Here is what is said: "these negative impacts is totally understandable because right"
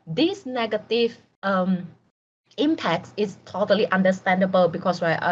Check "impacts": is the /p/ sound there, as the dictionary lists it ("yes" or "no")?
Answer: yes